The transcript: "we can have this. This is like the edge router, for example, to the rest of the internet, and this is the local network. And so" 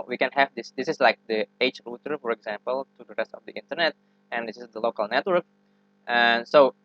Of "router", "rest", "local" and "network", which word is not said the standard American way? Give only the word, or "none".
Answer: none